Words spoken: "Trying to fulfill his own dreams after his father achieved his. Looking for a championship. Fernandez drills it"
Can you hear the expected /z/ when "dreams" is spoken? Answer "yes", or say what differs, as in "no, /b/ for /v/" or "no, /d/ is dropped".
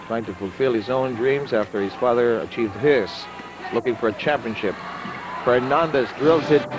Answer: yes